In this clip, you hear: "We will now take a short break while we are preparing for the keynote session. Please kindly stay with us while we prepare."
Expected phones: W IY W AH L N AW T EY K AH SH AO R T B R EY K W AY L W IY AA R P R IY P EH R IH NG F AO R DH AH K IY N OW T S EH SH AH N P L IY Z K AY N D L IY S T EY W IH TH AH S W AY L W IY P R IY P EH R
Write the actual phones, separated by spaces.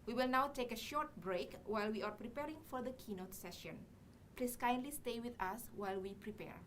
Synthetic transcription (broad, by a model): W IY W AH L N AW T EY K AH SH AO R T B R EY K W AY L W IY AA R P R IY P EH R IH NG F AO R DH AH K IY N OW T S EH SH AH N P L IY S K AY N D L IY S T EY W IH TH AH S W AY L W IY P R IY P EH R